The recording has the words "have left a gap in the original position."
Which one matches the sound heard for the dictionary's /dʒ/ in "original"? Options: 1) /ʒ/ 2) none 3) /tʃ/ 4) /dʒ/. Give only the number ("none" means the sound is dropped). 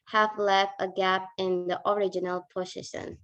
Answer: 4